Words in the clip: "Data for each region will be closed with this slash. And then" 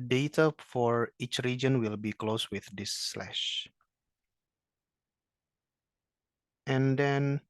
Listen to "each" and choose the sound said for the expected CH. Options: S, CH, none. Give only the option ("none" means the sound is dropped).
CH